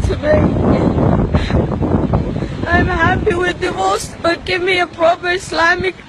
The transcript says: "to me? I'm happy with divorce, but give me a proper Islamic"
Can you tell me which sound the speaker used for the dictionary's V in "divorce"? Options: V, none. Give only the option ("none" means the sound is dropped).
none